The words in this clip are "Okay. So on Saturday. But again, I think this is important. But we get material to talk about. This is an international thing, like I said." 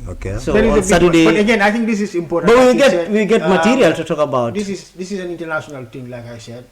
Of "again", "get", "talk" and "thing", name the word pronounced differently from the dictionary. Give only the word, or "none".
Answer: thing